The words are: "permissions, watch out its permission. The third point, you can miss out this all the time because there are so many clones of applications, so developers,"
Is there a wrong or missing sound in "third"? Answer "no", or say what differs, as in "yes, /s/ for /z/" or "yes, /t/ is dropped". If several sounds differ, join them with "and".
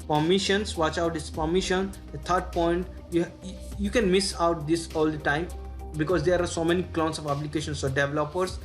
yes, /t/ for /θ/